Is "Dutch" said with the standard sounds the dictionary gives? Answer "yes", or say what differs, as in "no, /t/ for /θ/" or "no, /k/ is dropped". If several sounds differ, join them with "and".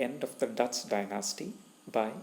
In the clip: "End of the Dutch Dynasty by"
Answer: no, /s/ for /tʃ/